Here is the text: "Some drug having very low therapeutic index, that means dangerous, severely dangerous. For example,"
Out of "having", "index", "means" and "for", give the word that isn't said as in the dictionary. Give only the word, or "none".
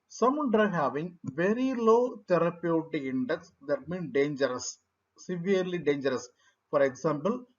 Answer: means